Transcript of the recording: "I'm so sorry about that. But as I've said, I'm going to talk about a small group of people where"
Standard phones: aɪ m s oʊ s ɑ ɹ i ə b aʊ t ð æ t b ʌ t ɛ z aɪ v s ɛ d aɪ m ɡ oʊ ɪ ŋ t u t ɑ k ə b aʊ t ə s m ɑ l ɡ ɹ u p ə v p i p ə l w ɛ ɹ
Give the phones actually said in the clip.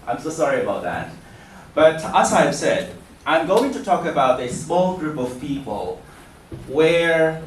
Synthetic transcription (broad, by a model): aɪ m s oʊ s ɑ ɹ i ə b aʊ t ð æ t b ʌ t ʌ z aɪ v s ɛ d aɪ m ɡ oʊ ɪ ŋ t u t ɑ k ə b aʊ t ə s m ɑ l ɡ ɹ u p ə v p i p ə l w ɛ ɹ